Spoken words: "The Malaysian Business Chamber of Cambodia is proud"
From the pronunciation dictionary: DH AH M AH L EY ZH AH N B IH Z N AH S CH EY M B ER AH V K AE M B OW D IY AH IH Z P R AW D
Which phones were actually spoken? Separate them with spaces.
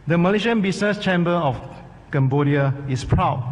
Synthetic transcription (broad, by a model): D AH M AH L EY SH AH N B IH S N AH S CH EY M B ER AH F K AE M B OW D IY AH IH S P R AW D